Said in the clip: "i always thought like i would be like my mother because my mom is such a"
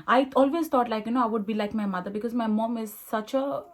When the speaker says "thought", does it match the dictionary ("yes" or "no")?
no